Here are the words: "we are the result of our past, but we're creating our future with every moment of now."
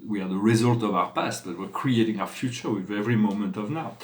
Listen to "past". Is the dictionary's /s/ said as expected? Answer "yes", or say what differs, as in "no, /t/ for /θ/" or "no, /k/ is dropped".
yes